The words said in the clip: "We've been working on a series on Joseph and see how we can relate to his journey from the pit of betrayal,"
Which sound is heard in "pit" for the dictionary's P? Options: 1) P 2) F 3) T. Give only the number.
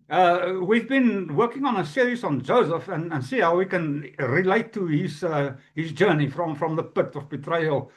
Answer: 1